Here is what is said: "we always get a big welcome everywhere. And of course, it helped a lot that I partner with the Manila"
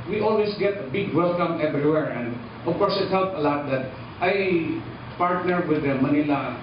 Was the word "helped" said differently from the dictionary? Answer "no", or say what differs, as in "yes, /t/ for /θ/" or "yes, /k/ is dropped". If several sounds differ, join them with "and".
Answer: yes, /t/ is dropped